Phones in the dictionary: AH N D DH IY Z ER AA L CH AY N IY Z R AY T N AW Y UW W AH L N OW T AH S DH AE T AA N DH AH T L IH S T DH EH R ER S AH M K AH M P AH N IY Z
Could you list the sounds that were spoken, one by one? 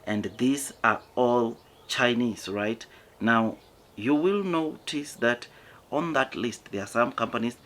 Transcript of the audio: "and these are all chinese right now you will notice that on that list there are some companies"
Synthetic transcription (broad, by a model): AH N D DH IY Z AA AA L CH AY N IY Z R AY T N AW Y UW W AH L N OW T AH S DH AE T AA N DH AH T L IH S T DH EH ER S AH M K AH M P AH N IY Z